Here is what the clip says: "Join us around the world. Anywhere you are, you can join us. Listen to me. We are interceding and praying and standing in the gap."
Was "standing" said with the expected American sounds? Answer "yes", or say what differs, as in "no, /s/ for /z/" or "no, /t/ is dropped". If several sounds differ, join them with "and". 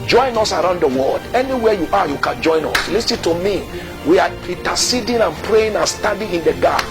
no, /n/ is dropped